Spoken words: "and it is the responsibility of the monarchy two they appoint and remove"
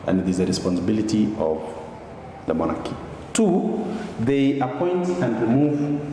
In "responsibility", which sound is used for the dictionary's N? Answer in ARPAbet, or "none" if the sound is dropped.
N